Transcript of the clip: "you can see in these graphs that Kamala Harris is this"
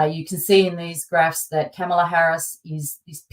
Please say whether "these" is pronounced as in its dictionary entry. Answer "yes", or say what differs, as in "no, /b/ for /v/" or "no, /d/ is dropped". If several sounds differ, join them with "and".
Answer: yes